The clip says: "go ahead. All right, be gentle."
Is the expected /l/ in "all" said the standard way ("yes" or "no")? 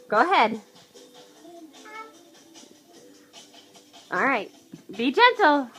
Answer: yes